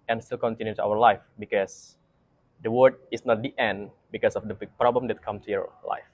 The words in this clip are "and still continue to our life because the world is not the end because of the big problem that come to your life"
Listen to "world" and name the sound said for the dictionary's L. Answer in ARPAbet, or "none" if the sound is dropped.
none